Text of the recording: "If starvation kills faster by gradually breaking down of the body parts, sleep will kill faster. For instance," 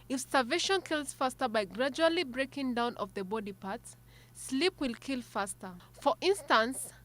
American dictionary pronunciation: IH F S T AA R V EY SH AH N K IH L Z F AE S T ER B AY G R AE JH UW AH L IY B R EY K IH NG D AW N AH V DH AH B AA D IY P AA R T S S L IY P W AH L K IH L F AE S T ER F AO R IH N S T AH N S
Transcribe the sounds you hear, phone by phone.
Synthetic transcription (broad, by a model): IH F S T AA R V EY SH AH N K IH L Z F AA S T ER B AY G R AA JH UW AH L IY B R EY K IH NG D AW N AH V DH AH B AA D IY P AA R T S S L IY P W AH L K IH L F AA S T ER F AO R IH N S T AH N S